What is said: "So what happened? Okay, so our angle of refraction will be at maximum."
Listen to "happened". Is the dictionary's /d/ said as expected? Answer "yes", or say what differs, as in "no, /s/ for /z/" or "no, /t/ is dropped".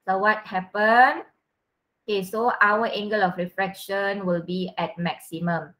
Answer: no, /d/ is dropped